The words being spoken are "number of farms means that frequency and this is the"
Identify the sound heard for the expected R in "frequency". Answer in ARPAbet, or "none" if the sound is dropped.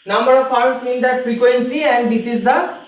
R